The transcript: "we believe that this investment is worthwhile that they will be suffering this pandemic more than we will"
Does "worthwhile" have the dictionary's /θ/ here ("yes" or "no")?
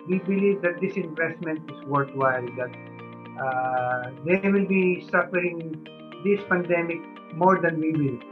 no